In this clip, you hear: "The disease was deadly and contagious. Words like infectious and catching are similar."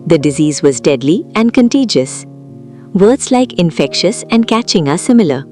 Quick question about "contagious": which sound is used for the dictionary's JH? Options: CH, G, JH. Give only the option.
JH